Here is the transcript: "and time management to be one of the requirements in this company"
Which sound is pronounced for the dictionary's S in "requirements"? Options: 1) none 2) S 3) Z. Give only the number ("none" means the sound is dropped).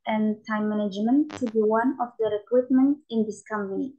1